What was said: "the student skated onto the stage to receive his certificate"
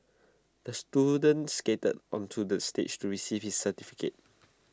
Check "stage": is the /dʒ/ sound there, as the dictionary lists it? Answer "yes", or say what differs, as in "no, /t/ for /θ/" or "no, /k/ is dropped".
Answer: no, /tʃ/ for /dʒ/